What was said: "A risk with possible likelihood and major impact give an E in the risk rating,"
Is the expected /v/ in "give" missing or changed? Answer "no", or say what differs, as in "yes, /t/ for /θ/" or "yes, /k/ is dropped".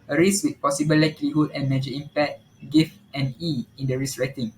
yes, /f/ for /v/